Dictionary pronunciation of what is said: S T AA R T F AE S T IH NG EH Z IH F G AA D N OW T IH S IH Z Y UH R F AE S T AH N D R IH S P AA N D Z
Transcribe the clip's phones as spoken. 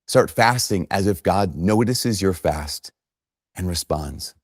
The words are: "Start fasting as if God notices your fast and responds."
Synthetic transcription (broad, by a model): S T AA R T F AE S T IH NG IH Z IH F G AA D N OW T IH S IH Z Y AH R F AE S T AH N R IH S P AA N D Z